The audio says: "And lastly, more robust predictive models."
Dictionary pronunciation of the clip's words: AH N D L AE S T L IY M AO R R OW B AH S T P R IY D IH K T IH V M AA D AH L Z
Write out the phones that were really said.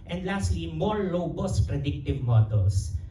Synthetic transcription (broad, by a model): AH N D L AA S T L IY M AO R L OW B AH S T P R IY D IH K T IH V M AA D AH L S